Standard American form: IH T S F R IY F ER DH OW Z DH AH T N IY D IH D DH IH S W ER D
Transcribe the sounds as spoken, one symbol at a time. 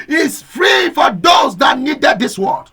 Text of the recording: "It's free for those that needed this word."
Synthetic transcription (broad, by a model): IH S F R IY F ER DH OW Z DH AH T N IY D IH D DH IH S W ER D